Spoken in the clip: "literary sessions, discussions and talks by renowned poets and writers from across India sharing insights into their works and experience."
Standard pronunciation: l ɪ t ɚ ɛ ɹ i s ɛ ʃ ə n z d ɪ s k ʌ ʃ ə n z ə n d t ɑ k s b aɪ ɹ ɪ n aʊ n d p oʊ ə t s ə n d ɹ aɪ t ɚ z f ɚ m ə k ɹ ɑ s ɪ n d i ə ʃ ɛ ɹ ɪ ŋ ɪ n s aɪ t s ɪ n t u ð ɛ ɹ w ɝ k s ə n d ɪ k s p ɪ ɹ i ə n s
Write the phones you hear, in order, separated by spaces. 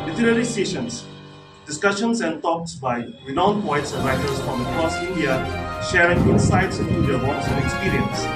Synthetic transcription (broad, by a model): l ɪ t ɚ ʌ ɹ i s ɛ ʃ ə n s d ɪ s k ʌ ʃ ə n s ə n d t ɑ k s b aɪ w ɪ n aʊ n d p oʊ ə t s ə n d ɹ aɪ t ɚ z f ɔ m ə k ɹ ɑ s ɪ n d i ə ʃ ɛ ɹ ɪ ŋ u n s aɪ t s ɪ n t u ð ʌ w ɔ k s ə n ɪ k s p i ɹ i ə n s